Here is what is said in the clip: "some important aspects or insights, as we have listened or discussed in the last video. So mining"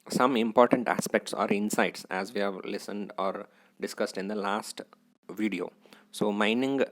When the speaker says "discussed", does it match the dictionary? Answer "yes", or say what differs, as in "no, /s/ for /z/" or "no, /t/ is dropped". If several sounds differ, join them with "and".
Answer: yes